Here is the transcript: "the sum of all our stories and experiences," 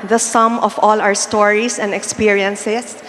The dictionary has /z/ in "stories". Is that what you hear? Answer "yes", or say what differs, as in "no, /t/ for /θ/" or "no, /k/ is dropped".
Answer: no, /s/ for /z/